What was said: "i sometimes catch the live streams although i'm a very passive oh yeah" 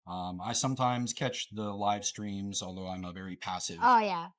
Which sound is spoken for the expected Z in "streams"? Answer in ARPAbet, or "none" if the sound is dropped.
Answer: Z